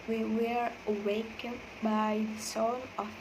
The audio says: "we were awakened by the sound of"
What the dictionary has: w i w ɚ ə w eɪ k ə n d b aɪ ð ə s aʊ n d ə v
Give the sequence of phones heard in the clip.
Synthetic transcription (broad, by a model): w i w ɚ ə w eɪ k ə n b aɪ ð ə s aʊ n ə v